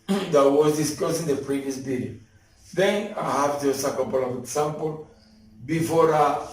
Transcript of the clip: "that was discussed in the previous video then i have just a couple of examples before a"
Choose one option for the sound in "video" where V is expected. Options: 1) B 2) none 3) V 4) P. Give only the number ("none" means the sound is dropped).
1